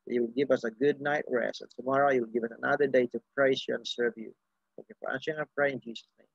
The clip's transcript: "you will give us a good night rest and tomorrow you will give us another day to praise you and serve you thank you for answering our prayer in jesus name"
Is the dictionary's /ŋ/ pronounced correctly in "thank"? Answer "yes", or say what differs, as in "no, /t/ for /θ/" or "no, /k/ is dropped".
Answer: no, /ŋ/ is dropped